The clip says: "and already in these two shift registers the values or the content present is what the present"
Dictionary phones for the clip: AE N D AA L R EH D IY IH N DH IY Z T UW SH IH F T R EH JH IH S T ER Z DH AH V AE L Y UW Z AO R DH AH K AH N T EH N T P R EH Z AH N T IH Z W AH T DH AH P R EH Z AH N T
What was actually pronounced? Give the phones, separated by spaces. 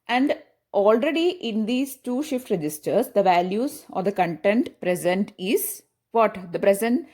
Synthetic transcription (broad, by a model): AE N D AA L R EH D IY IH N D IY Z T UW SH IH F T R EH JH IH S T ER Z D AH V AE L Y UW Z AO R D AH K AH N T EH N T P R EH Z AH N T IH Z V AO T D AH P R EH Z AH N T